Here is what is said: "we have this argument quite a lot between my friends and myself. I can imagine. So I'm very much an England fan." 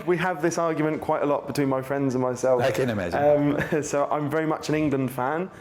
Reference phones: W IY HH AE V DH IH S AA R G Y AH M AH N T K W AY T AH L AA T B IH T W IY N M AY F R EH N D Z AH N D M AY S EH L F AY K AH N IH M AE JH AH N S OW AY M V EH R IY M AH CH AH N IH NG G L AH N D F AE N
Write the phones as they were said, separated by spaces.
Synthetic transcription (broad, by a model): W IY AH V DH IH S AA G Y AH M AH N K W AY T AH L AA T B IH T W IY N M AY F R EH N D Z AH N M AY S EH L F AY K AH N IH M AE Z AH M S OW AY M V EH R IY M AH CH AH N IH NG G L AH N D F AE N